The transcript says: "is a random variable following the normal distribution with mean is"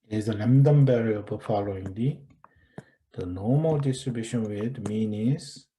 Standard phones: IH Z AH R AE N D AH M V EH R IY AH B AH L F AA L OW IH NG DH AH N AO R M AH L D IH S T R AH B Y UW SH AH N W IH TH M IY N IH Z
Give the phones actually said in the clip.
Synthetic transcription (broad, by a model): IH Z AH L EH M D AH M B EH R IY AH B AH F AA L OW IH NG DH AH N AO M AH L D IH S T R AH B Y UW SH AH N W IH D M IY N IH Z